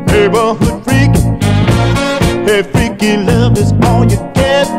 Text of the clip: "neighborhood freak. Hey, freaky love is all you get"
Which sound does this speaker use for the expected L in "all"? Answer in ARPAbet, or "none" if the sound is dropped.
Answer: N